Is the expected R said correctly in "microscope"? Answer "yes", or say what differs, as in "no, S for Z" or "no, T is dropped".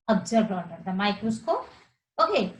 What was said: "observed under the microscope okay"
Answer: no, R is dropped